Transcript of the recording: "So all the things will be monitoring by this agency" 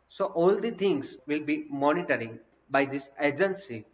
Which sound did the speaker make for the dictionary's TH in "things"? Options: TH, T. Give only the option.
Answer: T